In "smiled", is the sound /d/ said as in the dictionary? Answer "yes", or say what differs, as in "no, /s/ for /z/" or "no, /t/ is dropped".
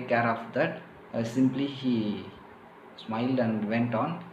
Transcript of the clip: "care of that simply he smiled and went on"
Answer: yes